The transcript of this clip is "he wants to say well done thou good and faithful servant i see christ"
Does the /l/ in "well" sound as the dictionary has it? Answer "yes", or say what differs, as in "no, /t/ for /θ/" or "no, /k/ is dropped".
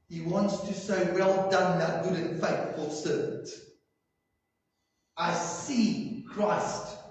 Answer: yes